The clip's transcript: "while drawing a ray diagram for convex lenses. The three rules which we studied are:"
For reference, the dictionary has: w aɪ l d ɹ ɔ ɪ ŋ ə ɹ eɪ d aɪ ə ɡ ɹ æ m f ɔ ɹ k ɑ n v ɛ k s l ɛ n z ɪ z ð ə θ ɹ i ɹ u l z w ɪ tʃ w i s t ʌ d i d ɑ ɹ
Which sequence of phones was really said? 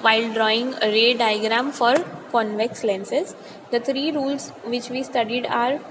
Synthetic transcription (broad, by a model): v aɪ l d ɹ ɔ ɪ ŋ ə ɹ eɪ d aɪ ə ɡ ɹ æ m f ɔ ɹ k ɑ n v ɛ k s l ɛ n s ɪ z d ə t ɹ i ɹ u l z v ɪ tʃ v i s t ʌ d i d ɑ ɹ